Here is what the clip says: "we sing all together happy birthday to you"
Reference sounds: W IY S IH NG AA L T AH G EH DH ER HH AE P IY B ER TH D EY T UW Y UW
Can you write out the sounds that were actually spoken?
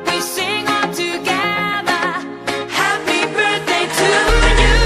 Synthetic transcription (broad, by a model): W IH S IH NG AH N T AH G EH DH ER HH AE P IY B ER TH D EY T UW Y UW